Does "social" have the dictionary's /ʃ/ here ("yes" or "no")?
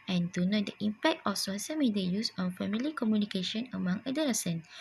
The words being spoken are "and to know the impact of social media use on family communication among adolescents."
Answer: no